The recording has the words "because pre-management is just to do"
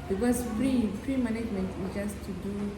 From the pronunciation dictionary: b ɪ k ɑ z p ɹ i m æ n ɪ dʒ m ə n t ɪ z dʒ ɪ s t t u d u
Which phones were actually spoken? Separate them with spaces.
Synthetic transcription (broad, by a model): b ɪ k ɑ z f ɹ i m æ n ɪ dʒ m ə n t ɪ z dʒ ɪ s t t u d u